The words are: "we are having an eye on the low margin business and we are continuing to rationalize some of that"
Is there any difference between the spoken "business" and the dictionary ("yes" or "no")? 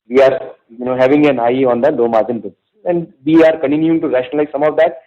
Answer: yes